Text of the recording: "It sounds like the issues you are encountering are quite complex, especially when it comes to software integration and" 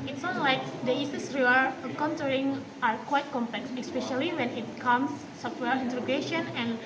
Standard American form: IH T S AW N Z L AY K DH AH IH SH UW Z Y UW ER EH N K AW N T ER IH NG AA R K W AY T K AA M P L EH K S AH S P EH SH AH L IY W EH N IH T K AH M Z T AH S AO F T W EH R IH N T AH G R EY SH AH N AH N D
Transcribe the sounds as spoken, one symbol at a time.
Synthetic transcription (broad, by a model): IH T S N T L AY K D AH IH S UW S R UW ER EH K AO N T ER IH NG AA R K W AY T K AA M P L EH K S AH S P EH SH AH L IY W EH N IH T K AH M S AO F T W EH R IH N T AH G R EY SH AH N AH N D